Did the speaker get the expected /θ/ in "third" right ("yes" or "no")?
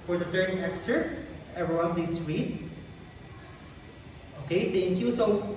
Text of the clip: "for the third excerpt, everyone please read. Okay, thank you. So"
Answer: no